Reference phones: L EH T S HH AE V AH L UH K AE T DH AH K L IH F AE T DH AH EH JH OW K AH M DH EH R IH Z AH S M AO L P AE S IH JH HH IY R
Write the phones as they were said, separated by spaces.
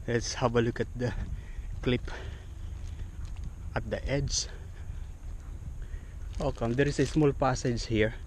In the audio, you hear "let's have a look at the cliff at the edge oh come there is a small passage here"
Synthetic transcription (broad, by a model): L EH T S HH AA B AH L UH K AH T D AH K L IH P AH T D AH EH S OW K AH M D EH R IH S AH S M AO L P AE S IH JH HH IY R